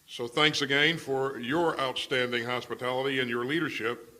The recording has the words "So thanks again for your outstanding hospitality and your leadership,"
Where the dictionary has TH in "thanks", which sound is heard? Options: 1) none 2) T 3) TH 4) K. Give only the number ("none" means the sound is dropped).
3